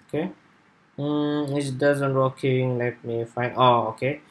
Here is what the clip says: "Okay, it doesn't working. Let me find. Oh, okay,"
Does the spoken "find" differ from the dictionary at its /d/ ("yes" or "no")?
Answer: yes